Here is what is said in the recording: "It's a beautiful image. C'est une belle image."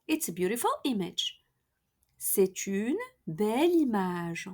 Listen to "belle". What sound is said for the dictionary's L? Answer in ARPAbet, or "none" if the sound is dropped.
L